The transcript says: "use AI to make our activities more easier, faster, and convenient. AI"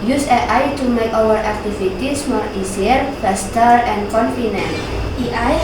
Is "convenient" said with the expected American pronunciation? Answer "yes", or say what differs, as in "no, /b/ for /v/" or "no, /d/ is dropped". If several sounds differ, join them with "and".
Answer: no, /f/ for /v/